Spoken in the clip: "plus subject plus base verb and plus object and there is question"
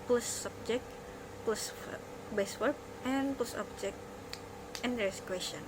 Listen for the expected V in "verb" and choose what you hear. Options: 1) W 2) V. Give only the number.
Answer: 1